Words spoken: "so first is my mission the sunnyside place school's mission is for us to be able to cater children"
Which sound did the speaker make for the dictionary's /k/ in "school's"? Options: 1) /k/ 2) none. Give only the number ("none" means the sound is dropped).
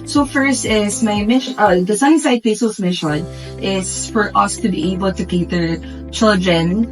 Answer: 2